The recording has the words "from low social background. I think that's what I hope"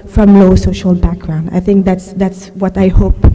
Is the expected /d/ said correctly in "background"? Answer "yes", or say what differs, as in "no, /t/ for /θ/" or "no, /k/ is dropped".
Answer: yes